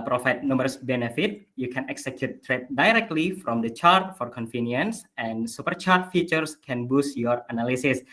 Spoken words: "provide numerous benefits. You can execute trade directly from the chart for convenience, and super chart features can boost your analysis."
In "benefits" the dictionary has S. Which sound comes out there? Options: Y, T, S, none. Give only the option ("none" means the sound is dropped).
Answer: none